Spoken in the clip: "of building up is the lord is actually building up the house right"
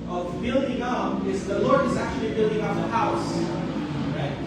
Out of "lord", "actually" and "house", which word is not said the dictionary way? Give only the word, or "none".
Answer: none